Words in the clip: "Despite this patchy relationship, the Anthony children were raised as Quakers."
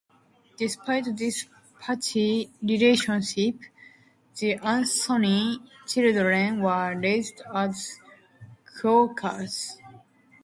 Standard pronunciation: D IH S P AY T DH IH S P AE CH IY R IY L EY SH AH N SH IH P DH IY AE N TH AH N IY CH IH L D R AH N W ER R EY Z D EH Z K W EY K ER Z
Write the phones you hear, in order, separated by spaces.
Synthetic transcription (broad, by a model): D IH S P AY T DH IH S P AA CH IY R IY L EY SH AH N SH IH P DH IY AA N S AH N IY CH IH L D R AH N W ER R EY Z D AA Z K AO K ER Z